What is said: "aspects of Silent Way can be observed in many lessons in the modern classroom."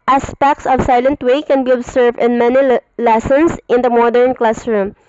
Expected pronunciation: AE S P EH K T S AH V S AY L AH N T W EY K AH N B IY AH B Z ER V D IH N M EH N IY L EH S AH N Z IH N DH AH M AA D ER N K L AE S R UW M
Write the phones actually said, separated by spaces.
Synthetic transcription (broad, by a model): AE S P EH K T S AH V S AY L AH N T W EY K AH N B IY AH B S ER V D IH N M EH N IY L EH S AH N S IH N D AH M AA D ER N K L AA S R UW M